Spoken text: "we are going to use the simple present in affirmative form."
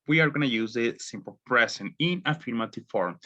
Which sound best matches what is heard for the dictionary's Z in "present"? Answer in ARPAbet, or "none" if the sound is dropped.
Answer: S